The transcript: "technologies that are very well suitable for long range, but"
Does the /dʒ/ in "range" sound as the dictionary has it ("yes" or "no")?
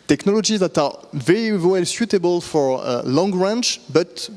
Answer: no